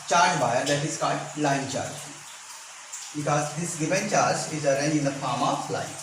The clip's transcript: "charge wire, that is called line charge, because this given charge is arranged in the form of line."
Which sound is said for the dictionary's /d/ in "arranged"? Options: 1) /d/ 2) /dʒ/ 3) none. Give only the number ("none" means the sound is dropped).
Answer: 3